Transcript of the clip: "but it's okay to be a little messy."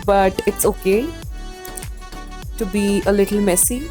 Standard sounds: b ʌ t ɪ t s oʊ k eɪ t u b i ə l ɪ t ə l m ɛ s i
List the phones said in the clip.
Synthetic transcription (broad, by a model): b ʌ t ɪ t s oʊ k eɪ t u b i ə l ɪ t l m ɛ s i